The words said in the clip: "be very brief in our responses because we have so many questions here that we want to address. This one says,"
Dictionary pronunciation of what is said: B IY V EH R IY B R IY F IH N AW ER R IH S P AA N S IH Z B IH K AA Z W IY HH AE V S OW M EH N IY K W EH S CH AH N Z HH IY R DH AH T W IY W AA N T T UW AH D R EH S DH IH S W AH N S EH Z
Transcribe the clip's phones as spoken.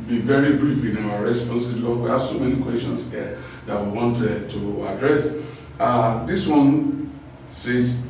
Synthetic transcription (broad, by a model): B IY V EH R IY B R IY F IH N AW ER R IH S P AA N S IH B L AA W IY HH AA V S OW M EH N IY K W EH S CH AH N S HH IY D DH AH T W IY W AA N T T UW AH D R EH S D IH S W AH N S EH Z